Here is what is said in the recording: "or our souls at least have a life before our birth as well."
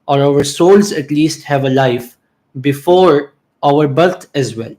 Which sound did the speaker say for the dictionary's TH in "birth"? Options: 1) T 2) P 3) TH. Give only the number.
1